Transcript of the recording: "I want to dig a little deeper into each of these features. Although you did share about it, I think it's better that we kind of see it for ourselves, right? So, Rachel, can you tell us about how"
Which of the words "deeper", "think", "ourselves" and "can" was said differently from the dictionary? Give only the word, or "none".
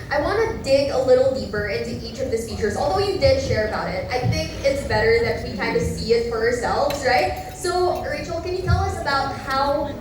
none